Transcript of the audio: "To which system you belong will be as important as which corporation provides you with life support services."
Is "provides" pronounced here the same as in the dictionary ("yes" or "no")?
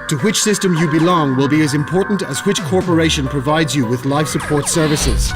yes